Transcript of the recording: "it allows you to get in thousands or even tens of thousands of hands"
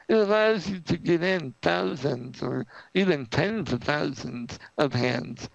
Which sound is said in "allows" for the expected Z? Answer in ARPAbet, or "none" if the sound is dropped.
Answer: Z